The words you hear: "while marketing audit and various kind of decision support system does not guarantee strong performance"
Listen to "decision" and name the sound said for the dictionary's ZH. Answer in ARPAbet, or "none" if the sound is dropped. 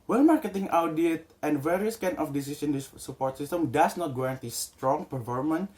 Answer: S